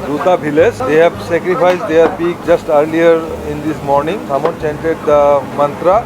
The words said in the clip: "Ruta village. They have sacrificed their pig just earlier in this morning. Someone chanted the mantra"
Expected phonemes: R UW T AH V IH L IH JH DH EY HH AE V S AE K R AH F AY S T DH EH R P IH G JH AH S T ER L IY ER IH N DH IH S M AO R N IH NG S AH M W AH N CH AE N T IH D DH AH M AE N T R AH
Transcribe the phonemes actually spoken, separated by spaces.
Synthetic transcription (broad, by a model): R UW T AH B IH L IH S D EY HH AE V S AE K R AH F AY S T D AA R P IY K JH AH S T ER L IY ER IH N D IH S M AO R N IH NG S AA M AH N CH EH N T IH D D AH M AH N T R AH